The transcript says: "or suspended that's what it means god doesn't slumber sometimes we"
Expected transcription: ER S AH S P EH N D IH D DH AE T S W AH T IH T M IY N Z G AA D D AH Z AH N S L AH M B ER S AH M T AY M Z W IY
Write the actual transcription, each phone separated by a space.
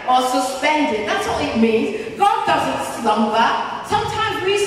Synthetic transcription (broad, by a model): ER S AH S P EH N D IH D DH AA T S W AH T IH T M IY N Z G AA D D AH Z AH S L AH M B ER S AH M T AY M Z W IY